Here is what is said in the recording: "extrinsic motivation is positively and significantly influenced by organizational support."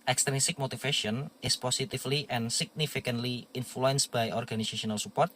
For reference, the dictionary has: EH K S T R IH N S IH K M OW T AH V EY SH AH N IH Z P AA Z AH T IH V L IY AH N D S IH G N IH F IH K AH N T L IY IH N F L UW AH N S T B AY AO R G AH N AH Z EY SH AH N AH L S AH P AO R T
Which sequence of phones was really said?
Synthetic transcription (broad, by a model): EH K S T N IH S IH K M OW T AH F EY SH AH N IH S P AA S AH T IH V L IY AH N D S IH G N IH F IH K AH N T L IY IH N F L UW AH N S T B AY AO R G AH N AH S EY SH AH N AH L S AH P AO R T